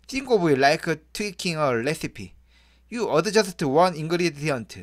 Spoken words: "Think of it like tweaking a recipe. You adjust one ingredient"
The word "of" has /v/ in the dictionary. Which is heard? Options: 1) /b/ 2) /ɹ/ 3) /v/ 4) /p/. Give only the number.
1